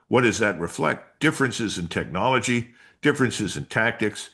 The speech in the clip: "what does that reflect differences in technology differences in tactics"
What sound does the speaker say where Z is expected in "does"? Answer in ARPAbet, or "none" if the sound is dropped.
Z